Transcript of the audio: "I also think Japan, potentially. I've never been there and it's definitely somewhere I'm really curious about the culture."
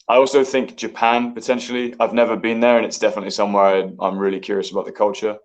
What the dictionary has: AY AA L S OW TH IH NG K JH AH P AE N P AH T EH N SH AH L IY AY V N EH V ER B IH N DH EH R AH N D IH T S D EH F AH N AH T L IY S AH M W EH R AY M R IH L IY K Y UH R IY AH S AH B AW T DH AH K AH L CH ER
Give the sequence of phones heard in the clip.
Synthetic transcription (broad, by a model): AY AA L S OW TH IH NG K JH AH P AE N P AH T EH N SH AH L IY AY V N EH V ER B IH N DH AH R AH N IH T S D EH F AH N AH T L IY S AH M W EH R AY M R IH L IY K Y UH R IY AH S AH B AW T DH AH K AH L CH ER